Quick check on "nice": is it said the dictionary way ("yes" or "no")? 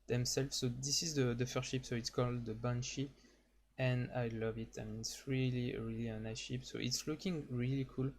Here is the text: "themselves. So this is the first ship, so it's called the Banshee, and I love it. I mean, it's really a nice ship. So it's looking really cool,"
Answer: no